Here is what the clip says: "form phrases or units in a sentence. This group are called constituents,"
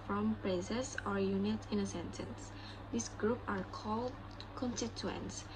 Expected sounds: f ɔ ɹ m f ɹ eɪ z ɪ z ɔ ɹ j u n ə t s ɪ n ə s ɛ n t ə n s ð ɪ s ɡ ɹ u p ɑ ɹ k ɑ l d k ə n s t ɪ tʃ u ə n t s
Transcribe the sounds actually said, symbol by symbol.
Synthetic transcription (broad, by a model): f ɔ m p ɹ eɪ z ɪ s ɔ ɹ j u n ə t ɪ n ə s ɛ n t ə n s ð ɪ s ɡ ɹ u p ɑ ɹ k ɑ l d k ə n s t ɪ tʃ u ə n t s